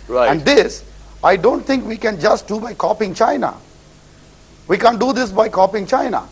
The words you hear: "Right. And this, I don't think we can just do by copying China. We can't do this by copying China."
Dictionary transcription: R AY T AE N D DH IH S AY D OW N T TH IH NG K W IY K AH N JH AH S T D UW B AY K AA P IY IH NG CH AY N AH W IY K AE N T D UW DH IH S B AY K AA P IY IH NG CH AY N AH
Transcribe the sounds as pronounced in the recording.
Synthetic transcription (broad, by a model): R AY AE N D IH S AY D OW N T T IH NG K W IY K AH N JH AH S T D UW B AY K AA P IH NG CH AY N AH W IY K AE N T D UW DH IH S B AY K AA P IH NG CH AY N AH